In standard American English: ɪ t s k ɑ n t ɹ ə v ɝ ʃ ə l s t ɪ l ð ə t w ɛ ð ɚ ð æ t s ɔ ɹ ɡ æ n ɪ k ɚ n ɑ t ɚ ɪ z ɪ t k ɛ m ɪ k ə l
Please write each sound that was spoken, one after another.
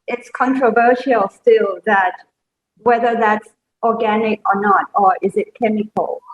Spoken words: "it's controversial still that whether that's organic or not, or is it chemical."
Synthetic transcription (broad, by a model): ɪ t s k ɑ n t ɹ ə v ɝ ʃ ə l s t ɪ l ð ə t w ɛ ð ɚ ð æ t s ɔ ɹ ɡ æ n ɪ k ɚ n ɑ t ɚ ɪ z ɪ t k ɛ m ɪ k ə l